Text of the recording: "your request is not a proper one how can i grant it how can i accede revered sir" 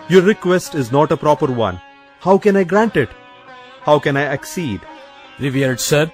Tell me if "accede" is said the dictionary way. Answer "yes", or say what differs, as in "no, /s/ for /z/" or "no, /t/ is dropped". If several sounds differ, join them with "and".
yes